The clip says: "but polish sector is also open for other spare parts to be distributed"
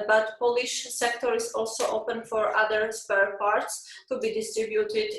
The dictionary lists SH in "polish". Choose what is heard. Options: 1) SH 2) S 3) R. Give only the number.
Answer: 1